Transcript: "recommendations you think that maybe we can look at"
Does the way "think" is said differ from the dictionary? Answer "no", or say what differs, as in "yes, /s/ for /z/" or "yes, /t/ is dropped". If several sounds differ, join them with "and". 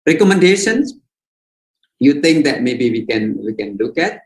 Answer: yes, /t/ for /θ/